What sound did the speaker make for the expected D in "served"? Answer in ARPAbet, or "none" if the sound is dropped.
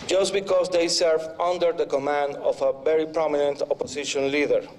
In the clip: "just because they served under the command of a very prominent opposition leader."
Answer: none